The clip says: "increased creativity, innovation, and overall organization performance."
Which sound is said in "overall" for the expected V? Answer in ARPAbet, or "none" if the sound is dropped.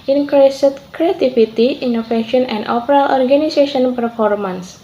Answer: P